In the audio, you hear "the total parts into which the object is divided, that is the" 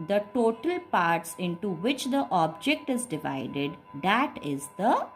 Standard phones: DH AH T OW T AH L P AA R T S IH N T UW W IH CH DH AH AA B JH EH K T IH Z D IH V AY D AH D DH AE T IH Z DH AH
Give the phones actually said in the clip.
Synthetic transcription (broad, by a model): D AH T OW T AH L P AA R T S IH N T UW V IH CH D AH AA B JH EH K T IH Z D IH V AY D AH D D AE T IH Z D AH